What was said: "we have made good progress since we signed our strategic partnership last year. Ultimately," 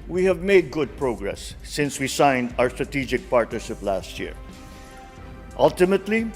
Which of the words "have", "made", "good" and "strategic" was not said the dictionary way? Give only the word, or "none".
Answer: none